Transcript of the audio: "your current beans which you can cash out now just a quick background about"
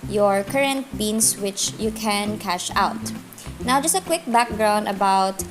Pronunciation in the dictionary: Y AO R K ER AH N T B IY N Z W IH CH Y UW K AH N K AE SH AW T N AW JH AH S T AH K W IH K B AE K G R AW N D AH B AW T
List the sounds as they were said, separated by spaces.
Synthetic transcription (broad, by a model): Y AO R K ER AH N T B IY N S W IH CH Y UW K AH N K AE SH AW T N AW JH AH S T AH K W IH K B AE K G R AW N D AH B AW T